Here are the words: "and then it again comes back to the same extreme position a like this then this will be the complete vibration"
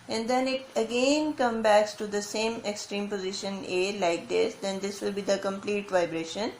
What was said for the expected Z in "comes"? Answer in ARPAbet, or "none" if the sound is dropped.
none